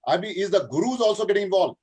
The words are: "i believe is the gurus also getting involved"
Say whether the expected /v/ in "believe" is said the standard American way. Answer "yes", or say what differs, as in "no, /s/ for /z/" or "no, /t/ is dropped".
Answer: no, /v/ is dropped